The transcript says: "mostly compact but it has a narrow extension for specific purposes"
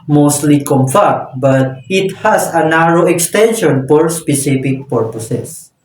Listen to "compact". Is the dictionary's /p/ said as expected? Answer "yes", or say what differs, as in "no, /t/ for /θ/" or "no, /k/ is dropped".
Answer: no, /f/ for /p/